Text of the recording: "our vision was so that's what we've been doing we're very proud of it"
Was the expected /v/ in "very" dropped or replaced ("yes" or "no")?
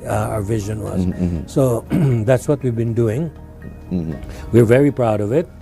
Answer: no